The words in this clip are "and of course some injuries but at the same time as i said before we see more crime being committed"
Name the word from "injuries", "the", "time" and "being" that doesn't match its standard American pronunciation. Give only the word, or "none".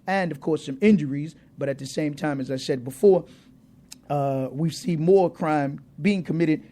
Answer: none